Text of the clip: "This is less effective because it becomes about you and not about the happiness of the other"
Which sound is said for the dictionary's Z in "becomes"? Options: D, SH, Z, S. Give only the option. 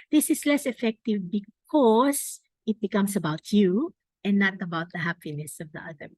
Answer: S